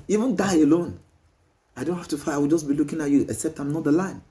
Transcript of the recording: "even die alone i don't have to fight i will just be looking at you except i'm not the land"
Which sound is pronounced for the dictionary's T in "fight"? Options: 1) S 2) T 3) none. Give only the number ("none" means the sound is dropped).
3